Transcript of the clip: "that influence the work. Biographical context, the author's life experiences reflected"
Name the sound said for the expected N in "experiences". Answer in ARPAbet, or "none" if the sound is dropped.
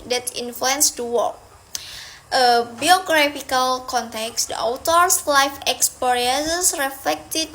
none